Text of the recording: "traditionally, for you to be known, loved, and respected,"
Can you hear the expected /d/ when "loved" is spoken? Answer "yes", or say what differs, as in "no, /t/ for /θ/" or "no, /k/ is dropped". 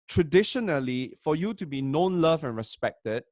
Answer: no, /d/ is dropped